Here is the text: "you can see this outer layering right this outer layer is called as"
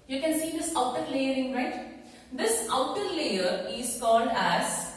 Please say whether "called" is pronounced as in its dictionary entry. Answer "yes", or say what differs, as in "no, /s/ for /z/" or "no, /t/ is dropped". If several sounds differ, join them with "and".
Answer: no, /n/ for /l/